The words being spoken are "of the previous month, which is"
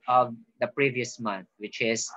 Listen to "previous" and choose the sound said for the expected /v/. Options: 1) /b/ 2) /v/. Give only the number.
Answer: 2